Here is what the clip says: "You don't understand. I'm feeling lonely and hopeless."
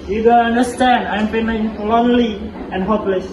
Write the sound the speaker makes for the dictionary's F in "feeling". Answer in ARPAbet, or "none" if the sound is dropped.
P